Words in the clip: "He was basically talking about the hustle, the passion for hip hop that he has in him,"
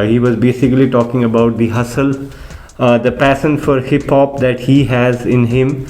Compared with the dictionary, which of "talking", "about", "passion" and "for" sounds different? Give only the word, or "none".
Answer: passion